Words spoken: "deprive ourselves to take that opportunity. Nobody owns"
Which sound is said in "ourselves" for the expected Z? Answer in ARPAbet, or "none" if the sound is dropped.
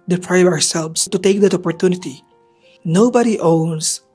S